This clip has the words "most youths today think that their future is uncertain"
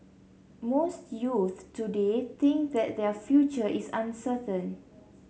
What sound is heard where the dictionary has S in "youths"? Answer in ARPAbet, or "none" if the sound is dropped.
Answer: none